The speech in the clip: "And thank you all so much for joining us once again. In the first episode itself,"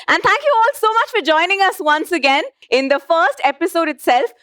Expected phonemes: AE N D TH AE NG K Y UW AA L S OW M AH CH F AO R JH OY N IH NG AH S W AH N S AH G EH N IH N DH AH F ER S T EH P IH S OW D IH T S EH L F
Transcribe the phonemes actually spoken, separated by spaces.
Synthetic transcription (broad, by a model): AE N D T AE NG K Y UW AA L S OW M AH CH F AO R JH OY N IH NG AH S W AH N S AH G EH N IH N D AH F ER S T EH P IH S OW D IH T S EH L F